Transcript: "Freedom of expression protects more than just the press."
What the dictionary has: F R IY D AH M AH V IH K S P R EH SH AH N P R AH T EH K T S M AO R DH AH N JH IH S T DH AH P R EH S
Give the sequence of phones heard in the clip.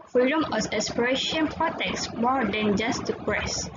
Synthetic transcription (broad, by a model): F R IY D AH M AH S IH S P R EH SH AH N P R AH T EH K S M AO R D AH N JH IH S T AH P R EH S